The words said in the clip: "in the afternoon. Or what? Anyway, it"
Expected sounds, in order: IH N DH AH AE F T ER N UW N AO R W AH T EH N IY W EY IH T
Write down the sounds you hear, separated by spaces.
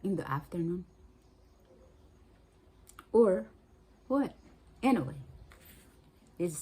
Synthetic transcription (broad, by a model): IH N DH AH AE F T ER N UW N AO R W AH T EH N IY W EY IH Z